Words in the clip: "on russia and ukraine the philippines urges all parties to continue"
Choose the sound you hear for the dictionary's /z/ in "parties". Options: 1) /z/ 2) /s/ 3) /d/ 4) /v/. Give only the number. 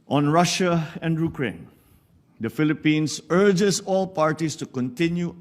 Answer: 2